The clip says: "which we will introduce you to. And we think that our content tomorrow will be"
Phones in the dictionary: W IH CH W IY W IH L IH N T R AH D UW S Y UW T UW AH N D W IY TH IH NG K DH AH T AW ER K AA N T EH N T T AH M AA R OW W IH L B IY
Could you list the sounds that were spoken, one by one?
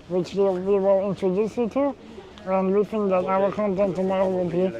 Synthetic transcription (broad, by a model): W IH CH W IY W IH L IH N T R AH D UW S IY T UW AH N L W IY F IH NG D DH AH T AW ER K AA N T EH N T T AH M AA R OW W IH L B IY